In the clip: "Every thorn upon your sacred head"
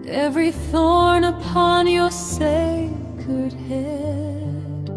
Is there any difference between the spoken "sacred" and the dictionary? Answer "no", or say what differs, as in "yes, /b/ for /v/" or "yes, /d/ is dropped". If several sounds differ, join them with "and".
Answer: yes, /ɹ/ is dropped